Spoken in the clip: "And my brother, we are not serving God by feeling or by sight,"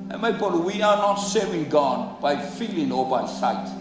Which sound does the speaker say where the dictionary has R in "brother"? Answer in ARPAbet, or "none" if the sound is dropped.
none